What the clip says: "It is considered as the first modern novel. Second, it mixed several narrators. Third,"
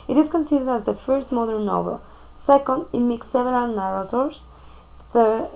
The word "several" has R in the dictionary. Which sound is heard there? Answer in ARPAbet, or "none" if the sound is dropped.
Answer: none